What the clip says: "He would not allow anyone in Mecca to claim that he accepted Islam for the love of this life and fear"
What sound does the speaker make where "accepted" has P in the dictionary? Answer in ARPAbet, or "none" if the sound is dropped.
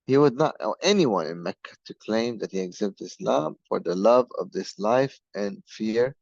B